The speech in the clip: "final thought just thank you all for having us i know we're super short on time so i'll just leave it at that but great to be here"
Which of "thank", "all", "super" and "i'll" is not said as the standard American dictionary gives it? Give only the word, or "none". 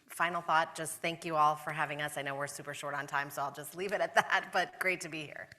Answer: none